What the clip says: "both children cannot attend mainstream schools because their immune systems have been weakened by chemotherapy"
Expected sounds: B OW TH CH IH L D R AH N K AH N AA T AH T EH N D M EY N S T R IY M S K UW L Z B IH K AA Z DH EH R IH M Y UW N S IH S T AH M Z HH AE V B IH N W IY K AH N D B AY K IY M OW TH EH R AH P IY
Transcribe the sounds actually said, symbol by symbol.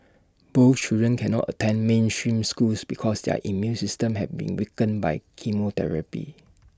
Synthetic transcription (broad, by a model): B OW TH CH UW D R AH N K AH N AA T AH T EH N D M EY N S T R IY M S K UW L S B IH K AA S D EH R IH M Y UW N S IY S T AH M HH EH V B IH N W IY K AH N B AY K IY M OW T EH R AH P IY